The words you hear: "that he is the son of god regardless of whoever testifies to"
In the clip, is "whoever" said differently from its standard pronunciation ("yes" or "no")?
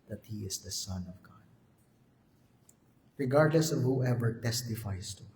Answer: no